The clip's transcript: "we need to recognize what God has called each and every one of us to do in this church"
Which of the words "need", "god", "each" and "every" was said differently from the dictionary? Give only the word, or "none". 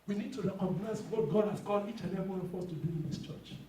every